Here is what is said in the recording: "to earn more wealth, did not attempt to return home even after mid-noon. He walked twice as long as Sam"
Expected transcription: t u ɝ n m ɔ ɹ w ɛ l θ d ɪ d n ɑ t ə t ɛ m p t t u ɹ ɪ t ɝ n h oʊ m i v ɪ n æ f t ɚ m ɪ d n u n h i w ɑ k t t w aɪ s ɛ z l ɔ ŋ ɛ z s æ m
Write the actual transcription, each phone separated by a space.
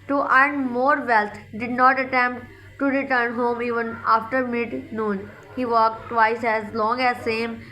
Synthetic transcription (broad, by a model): t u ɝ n m ɔ ɹ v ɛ l t d ɪ d n ɑ t ə t ɛ m p t t u ɹ ɪ t ɝ n h oʊ m i v ɪ n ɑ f t ɚ m ɪ d n u n h i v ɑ k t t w aɪ s ɛ z l ɔ ŋ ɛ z s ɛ m